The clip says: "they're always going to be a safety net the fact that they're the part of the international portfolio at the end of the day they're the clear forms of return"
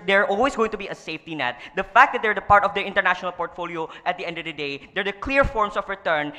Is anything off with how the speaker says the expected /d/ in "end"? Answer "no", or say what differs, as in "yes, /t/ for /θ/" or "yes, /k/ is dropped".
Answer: no